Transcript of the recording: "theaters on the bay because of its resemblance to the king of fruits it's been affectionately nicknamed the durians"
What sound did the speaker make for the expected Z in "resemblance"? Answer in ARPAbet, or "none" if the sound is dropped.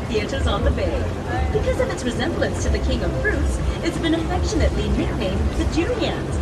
Z